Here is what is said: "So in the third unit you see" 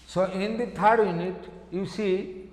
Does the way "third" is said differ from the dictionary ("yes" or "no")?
yes